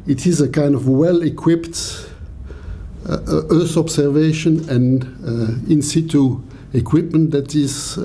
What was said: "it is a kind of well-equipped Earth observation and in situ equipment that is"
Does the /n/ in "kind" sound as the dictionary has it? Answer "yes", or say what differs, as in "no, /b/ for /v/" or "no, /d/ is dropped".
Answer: yes